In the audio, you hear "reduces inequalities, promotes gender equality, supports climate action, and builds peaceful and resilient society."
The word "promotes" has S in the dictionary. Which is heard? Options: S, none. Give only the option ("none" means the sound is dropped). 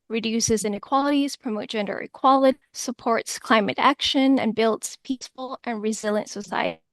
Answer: none